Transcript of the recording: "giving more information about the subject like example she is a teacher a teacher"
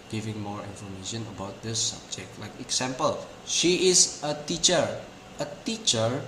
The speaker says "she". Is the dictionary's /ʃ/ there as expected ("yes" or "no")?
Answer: yes